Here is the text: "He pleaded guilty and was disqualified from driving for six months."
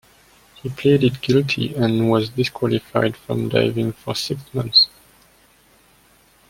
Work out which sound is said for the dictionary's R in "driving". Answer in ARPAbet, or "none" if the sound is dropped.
none